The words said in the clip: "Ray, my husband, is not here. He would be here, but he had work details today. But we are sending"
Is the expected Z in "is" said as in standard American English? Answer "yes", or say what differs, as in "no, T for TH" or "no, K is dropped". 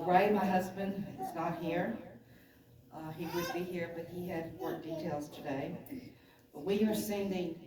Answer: yes